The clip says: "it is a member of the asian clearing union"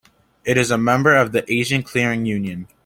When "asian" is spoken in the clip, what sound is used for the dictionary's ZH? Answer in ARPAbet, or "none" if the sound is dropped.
ZH